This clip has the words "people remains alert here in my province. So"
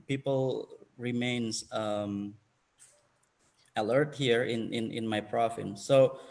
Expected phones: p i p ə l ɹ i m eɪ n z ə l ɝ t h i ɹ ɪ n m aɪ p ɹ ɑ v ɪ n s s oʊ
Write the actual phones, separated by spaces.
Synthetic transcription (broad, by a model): p i p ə l ɹ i m eɪ n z ə l ɝ t h i ɹ ɪ n m aɪ p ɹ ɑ f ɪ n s s oʊ